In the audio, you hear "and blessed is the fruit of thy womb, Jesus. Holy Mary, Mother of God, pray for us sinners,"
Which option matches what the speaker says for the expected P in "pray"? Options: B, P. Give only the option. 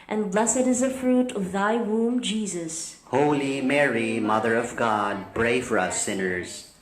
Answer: B